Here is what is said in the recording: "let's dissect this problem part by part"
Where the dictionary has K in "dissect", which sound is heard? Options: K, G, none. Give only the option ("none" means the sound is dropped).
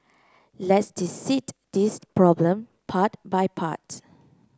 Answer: none